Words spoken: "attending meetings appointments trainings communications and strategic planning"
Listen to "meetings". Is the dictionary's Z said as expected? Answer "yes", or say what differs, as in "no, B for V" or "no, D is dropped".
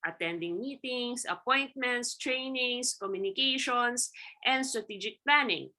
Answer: no, S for Z